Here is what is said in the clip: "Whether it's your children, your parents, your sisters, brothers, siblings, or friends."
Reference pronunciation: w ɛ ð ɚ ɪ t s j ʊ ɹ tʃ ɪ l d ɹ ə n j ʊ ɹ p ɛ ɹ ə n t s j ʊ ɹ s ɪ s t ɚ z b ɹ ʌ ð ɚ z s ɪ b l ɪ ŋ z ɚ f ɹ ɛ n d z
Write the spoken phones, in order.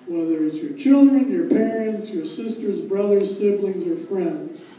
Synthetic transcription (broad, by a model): w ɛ ð ɚ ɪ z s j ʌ ɹ tʃ ɪ l d ɹ ə n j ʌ ɹ p ɛ ɹ ə n t s j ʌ ɹ s ɪ s t ɚ z b ɹ ʌ ð ɚ z s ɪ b l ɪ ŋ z ɚ f ɹ ɛ n d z